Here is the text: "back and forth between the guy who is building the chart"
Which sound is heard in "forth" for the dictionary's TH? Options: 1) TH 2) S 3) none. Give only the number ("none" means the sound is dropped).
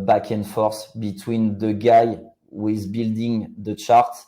2